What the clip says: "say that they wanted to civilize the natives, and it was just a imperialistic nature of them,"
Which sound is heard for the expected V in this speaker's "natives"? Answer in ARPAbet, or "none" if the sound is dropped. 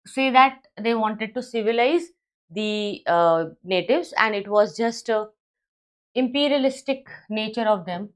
V